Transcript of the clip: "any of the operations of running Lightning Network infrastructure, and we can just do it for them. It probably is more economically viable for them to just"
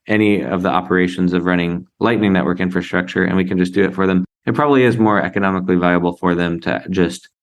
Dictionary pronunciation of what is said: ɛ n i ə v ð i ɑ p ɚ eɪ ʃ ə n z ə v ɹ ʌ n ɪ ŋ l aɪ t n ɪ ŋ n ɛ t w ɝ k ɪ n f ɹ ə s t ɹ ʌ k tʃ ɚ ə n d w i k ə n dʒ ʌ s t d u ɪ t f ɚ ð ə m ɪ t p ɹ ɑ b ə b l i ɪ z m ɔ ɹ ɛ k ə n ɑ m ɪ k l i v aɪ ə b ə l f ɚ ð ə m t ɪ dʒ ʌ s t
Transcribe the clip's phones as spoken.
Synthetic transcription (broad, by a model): ɛ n i ə v ð i ɑ p ɚ eɪ ʃ ə n z ə v ɹ ʌ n ɪ ŋ l aɪ t n ɪ ŋ n ɛ t w ɝ k ɪ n f ɹ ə s t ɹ ʌ k tʃ ɚ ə n w i k n dʒ ʌ s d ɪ ɪ t f ɚ ð ə m ɪ t p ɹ ɑ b ə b l i ɪ z m ɔ ɹ ɛ k ə n ɑ m ɪ k l i v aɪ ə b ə l f ɚ ð ə m t ɪ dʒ ʌ s t